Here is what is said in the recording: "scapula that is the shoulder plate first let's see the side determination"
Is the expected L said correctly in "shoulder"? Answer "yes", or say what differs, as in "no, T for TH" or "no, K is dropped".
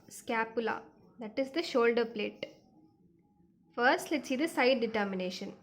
yes